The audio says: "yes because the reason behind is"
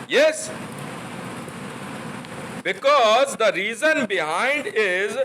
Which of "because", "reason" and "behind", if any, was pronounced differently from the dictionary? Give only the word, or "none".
none